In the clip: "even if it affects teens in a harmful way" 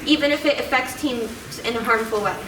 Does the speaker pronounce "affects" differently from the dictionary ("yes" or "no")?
no